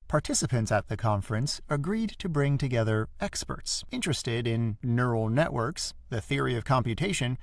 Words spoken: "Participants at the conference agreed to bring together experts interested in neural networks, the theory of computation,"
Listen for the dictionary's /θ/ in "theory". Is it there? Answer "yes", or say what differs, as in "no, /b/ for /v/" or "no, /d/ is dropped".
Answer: yes